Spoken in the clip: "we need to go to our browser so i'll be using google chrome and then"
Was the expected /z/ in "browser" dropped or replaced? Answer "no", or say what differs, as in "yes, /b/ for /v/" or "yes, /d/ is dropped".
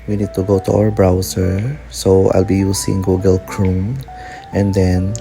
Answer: yes, /s/ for /z/